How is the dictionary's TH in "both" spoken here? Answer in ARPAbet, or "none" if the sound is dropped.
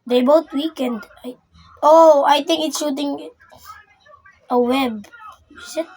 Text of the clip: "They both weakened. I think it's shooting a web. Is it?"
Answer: T